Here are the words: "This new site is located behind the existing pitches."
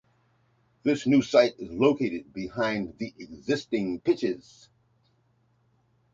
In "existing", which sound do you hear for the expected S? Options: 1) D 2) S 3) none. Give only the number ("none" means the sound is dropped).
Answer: 2